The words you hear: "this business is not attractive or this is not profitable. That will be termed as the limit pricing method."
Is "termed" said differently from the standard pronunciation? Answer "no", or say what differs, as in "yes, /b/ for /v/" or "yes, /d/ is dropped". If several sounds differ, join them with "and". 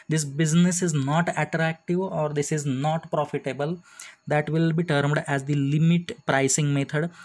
no